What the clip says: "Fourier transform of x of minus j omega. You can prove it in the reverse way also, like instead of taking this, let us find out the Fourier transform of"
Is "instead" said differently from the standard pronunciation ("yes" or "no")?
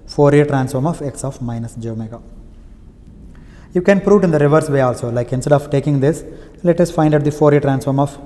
no